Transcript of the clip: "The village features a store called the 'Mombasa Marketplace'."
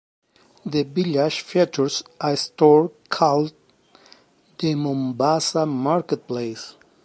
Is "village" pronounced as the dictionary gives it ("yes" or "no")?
no